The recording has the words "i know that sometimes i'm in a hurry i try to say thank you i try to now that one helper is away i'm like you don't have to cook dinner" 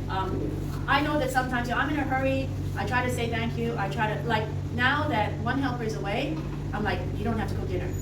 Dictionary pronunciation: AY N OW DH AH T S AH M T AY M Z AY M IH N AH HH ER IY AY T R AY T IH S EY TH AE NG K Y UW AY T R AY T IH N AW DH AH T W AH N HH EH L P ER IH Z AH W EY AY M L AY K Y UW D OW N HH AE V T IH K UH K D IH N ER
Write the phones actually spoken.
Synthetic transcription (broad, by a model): AY N OW DH AH T S AH M T AY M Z AY M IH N AH HH ER IY AY T R AY T IH S EY TH AE NG K Y UW AY T R AY T IH N AW DH AH T W AH N HH EH L P ER IH Z AH W EY AY M L AY K Y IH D OW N HH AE F T IH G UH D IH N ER